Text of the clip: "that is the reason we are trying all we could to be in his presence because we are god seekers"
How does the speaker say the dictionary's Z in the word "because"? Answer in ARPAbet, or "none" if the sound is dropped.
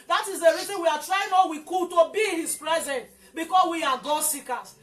S